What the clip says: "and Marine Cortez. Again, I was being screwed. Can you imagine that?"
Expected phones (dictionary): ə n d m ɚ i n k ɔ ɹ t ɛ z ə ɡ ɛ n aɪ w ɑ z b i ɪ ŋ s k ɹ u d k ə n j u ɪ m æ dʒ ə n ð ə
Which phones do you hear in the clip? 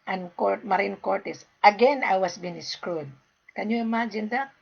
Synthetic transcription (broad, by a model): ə n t m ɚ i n k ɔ ɹ t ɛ s ə ɡ ɛ n aɪ w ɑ s b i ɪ s k ɹ u d k ə n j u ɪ m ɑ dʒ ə n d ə